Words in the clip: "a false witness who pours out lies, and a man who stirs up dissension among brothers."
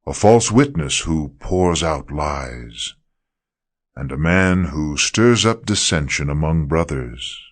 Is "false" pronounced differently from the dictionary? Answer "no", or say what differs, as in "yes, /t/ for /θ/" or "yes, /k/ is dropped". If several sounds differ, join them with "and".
no